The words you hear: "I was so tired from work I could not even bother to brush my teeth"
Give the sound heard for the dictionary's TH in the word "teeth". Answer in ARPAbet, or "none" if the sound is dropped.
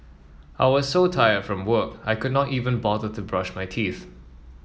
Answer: TH